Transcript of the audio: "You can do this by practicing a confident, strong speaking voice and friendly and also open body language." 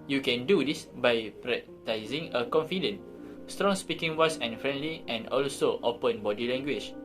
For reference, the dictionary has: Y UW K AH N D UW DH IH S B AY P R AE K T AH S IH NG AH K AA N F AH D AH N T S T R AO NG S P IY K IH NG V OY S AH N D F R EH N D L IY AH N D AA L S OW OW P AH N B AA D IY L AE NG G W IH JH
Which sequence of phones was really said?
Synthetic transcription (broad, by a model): Y UW K AH N D UW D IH S B AY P R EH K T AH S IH NG AH K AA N F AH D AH N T S T R AO NG S P IY K IH NG W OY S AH N F R EH N D L IY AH N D AA L S OW OW P AH N B AA D IY L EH NG G W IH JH